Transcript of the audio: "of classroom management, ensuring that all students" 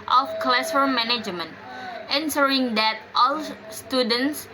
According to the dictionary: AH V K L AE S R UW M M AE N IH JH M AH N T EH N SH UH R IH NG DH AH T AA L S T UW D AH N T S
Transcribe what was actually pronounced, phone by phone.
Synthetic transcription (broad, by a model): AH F K L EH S AH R M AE N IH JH M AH N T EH N S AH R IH NG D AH T AA L S T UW D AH N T S